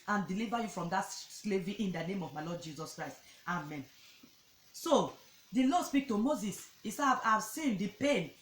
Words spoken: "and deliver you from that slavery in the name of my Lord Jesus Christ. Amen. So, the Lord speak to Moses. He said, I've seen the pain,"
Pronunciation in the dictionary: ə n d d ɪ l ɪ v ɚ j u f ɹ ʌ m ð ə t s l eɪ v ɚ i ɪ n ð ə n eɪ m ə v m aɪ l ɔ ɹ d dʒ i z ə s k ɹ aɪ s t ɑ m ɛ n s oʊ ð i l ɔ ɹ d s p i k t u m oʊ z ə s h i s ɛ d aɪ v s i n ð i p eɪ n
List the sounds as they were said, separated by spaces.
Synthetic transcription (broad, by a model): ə n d d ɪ l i v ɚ j u f ɹ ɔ m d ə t s l eɪ v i ɪ n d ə n eɪ m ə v m aɪ l ɔ d dʒ i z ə s k ɹ aɪ s t ɑ m ɛ n s oʊ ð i l ɔ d s p i k t u m oʊ z ə s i s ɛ aɪ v s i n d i p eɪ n